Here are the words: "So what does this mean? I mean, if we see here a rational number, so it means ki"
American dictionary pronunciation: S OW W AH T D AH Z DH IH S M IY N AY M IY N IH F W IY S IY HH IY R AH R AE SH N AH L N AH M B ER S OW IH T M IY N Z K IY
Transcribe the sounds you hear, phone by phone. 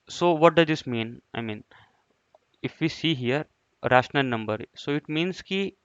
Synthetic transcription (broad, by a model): S OW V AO T D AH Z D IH S M IY N AY M IY N IH F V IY S IY HH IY R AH R AE SH N AH L N AH M B ER S OW IH T M IY N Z K IY